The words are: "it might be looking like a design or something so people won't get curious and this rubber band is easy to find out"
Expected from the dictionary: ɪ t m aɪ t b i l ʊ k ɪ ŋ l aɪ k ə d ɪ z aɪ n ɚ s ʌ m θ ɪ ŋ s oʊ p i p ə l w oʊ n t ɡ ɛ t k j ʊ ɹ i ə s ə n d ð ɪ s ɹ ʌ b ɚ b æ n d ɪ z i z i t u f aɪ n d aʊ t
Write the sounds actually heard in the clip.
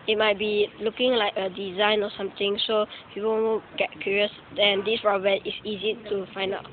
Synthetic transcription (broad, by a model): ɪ t m aɪ t b i l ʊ k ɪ ŋ l aɪ k ə d ɪ z aɪ n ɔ s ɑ m t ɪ ŋ s oʊ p i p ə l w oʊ ɡ ɛ t k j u ɹ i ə s ə n d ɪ s ɹ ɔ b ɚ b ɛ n ɪ s i z i t u f aɪ n d aʊ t